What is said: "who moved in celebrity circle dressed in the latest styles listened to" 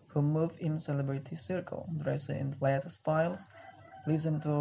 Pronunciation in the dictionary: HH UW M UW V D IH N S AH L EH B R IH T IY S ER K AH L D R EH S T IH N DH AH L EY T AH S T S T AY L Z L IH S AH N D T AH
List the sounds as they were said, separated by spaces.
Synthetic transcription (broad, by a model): HH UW M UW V IH N S AH L EH B R IH T IY S ER K AH L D R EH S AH IH N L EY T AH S S T AY L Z L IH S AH N T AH